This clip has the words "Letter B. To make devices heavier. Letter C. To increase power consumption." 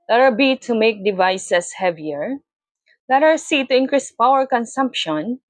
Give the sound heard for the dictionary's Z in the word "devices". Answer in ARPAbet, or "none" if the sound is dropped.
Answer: S